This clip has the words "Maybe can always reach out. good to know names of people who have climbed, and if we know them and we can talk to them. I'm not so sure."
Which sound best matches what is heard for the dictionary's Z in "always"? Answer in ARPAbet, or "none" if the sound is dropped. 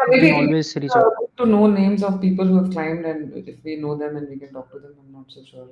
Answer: none